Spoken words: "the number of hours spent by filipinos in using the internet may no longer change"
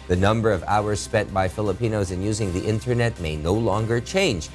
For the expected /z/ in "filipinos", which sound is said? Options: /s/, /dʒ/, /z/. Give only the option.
/z/